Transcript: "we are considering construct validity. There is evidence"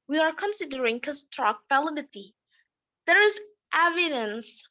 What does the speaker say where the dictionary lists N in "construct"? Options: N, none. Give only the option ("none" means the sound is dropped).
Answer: none